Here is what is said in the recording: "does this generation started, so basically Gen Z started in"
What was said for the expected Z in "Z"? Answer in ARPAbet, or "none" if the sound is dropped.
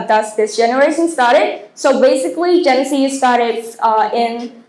S